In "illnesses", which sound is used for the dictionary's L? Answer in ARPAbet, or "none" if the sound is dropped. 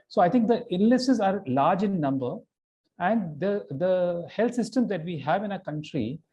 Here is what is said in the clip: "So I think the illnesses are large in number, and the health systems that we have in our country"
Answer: N